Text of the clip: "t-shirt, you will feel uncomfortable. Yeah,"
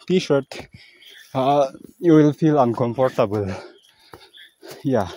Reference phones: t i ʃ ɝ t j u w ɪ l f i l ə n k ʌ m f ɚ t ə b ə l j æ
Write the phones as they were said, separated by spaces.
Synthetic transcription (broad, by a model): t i ʃ ɝ t j u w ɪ l f i l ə n k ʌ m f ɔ t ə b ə l j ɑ